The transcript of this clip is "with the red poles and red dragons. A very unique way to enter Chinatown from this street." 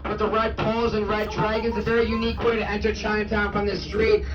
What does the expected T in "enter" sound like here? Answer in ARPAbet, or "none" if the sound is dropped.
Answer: T